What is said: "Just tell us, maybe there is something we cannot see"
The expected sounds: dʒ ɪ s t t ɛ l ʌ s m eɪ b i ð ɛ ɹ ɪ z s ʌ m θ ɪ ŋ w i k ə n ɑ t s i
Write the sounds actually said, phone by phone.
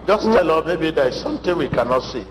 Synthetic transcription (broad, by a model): dʒ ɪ s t t ɛ l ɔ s m eɪ b i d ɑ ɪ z s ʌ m t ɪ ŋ w i k ə n ɑ t s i